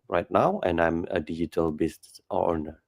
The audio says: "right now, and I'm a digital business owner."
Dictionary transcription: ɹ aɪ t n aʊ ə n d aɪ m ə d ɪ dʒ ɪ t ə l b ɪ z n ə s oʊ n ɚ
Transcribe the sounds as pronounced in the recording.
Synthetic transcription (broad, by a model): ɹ aɪ t n aʊ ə n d aɪ m ə d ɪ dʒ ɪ t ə l b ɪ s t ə oʊ n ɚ